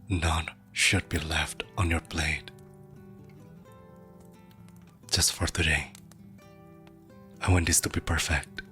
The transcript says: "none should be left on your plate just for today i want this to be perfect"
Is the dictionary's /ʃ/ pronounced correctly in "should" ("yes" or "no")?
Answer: yes